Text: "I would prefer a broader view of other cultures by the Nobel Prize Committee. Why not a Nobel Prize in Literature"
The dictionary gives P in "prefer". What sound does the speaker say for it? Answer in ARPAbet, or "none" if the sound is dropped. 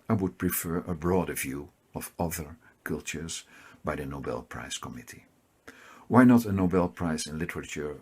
P